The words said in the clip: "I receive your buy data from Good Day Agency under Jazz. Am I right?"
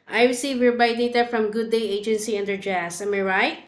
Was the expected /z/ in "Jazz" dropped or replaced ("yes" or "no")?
yes